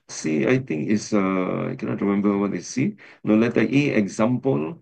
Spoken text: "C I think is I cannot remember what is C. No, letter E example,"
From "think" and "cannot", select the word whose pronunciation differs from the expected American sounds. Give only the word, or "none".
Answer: think